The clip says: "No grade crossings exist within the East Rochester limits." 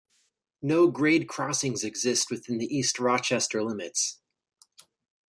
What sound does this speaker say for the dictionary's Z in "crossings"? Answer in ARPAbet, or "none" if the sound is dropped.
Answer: Z